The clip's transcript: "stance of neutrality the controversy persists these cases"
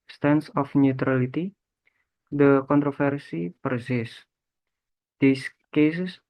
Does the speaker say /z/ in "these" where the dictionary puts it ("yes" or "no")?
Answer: no